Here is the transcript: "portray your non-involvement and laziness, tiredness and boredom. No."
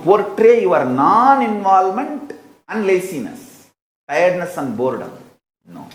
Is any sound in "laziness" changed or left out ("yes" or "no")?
yes